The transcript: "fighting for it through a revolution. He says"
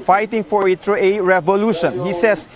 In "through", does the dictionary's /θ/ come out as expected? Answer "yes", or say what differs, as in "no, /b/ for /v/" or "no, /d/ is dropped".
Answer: no, /t/ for /θ/